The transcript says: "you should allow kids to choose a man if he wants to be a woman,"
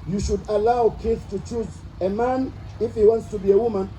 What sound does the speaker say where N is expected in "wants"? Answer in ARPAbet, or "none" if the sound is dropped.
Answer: N